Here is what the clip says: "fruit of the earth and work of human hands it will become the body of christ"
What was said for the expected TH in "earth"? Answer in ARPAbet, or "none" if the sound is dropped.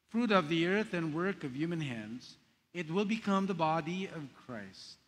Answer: TH